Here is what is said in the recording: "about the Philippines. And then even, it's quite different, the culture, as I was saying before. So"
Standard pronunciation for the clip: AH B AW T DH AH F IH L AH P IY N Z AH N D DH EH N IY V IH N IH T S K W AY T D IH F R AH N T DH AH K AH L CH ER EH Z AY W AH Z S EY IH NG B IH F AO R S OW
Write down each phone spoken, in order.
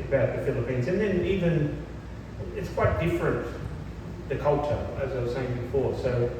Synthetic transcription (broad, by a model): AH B AW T DH AH F IH L AH P IY N Z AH N DH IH N IY V IH N IH T S K W AY T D IH F R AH N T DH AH K AH L CH ER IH Z AY W AH Z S EY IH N B IH F AO R S OW